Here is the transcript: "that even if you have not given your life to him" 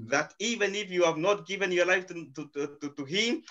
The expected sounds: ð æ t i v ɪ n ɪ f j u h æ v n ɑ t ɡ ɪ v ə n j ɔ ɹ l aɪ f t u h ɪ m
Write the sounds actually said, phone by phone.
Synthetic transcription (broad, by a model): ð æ t i v ɪ n ɪ f j u h æ v n ɑ t ɡ ɪ v ə n j ɔ ɹ l aɪ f t u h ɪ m